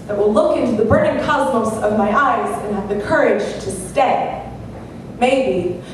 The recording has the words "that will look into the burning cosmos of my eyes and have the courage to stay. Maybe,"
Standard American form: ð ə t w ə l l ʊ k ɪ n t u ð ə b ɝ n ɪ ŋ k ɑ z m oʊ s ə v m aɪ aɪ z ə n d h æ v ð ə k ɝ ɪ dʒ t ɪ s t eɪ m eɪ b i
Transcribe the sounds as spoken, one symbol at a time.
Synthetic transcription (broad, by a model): ð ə t w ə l l ʊ k ɪ n t u ð ə b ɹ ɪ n k ɑ z m oʊ s ə v m aɪ aɪ z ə n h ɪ v ð ə k ɝ ɪ dʒ t ɪ s t eɪ m eɪ b i